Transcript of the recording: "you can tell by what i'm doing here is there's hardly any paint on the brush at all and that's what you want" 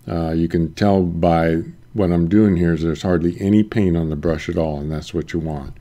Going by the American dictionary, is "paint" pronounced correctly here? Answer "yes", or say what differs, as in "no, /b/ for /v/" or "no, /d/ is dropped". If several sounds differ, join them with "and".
no, /t/ is dropped